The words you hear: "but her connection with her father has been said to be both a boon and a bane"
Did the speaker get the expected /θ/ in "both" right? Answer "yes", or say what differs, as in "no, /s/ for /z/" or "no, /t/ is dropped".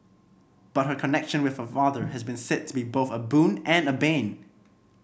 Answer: yes